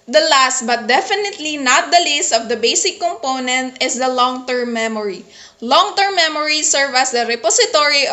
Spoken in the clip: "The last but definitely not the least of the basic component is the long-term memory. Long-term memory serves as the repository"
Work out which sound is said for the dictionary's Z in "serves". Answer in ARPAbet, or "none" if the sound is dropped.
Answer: none